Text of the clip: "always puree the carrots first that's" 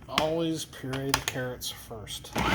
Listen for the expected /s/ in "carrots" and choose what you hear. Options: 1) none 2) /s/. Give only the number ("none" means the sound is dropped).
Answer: 2